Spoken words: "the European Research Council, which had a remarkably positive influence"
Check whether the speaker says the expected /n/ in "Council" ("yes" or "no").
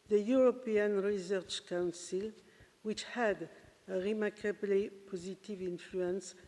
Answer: yes